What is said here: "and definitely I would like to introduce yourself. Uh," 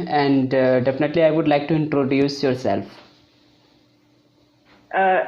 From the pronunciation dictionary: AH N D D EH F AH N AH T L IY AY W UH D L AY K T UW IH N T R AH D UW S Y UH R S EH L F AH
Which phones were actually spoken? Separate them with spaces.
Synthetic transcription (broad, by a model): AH N D D EH F AH N AH T L IY AY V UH D L AY K T UW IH N T R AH D UW S Y UH R S EH L F